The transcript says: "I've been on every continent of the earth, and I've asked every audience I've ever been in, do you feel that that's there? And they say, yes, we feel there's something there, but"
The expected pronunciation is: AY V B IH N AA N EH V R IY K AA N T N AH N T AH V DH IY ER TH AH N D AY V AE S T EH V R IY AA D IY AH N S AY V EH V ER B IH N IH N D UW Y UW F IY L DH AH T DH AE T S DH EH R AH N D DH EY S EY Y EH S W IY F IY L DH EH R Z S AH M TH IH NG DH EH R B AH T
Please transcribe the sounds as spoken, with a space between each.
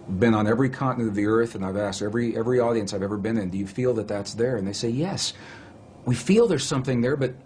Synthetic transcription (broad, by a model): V B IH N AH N EH V R IY K AA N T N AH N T AH V DH IY ER TH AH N AY V AE S T EH V R IY AA D IY AH N S AY V EH V ER B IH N IH N D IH Y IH F IY L DH AH T DH AE T S DH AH R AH N DH EY S EY Y EH S W IY F IY L DH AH R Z S AH M TH IH NG DH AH R B AH T